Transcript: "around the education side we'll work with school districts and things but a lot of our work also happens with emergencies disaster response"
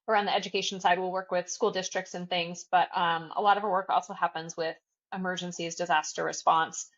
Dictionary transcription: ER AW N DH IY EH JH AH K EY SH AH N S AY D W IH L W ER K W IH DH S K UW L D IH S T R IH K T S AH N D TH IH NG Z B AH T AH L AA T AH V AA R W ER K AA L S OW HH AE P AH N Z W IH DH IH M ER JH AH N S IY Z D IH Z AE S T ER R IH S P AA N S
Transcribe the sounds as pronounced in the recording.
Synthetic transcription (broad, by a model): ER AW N DH IY EH JH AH K EY SH N S AY D W IH L W ER K W IH DH S K UW L D IH S T R IH K T S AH N TH IH NG Z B AH T AH L AA T AH V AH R W ER K AA L S OW HH AE P AH N Z W IH DH IH M ER JH AH N S IY Z D IH Z AE S T ER R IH S P AA N S